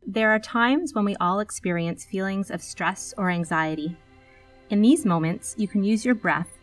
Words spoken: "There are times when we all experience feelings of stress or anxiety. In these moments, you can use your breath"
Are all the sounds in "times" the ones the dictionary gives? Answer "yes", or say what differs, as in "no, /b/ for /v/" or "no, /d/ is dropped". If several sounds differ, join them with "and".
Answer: yes